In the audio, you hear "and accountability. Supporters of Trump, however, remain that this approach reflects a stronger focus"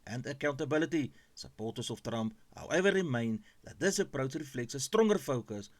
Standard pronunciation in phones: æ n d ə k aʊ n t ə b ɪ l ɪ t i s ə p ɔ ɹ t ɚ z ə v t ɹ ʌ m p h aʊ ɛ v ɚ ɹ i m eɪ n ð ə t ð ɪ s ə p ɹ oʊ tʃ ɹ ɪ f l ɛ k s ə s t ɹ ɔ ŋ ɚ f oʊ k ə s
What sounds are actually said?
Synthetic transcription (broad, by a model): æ n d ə k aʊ n t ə b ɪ l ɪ t i s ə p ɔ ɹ t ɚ s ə f t ɹ ʌ m p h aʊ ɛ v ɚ ɹ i m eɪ n ð ə t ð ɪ s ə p ɹ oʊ s ɹ ɪ f l ɛ k s ə s t ɹ ɔ ŋ ɚ f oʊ k ə s